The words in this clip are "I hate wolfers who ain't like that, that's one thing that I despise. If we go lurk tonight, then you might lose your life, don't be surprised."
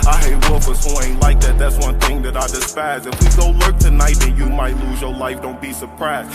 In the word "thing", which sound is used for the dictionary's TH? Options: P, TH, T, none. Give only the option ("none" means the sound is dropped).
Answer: TH